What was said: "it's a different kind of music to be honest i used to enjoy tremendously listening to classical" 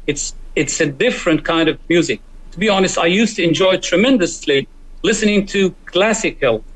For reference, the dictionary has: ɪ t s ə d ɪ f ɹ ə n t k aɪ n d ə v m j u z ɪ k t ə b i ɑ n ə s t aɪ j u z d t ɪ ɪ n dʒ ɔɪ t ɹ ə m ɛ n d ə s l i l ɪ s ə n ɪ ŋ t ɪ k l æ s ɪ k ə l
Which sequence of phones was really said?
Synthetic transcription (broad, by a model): ɪ t s ə d ɪ f ɹ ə n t k aɪ n d ə v m j u z ɪ k t ə b i ɑ n ə s t aɪ j u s t ɪ ɪ n dʒ ɔɪ t ɹ ə m ɛ n d ə s l i l ɪ s ə n ɪ ŋ t ɪ k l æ s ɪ k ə l